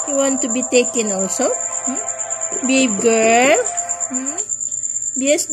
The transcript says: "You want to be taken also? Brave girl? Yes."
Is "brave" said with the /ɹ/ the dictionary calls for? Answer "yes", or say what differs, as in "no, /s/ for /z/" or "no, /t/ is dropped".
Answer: no, /ɹ/ is dropped